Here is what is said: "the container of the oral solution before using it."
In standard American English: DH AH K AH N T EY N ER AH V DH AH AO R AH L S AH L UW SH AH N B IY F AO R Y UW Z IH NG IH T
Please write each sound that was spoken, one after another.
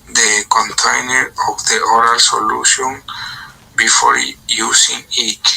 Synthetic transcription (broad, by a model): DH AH K AH N T EY N ER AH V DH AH AO R AH L S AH L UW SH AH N B IY F AO R Y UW S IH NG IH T